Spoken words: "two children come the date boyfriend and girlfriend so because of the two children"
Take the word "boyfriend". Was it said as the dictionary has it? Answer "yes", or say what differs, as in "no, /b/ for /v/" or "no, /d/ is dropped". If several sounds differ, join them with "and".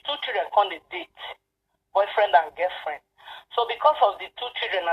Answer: yes